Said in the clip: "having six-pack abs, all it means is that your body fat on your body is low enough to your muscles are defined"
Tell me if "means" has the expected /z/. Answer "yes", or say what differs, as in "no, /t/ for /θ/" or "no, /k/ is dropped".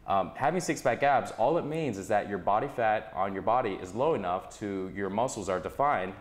yes